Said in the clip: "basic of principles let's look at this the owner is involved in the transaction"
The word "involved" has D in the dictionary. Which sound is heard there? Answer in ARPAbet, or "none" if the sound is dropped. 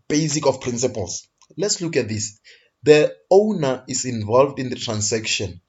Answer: D